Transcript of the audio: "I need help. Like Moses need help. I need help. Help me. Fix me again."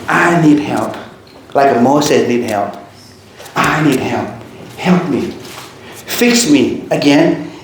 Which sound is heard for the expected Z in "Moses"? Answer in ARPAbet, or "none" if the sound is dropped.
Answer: S